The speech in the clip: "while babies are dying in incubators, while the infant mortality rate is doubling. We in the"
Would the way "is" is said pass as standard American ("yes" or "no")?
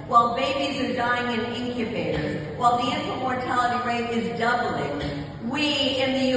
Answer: yes